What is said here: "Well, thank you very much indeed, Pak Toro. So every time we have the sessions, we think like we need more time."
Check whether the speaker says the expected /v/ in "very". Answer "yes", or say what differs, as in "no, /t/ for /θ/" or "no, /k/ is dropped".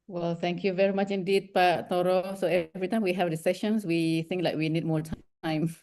yes